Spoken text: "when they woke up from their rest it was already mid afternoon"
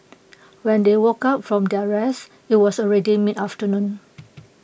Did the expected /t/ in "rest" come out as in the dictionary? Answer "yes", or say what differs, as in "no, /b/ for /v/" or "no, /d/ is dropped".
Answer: no, /t/ is dropped